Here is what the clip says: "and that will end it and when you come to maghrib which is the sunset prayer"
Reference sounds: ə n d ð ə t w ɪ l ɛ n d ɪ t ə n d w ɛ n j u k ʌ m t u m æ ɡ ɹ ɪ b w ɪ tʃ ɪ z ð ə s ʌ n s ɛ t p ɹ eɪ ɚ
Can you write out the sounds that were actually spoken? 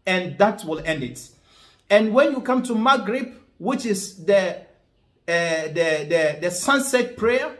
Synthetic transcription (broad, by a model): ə n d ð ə t w ɪ l ɛ n d ɪ t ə n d w ɛ n j u k ʌ m t u m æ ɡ ɹ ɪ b w ɪ tʃ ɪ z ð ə s ʌ n s ɛ t p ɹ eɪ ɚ